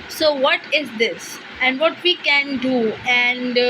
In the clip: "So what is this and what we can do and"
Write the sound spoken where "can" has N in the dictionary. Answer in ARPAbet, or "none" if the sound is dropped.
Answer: N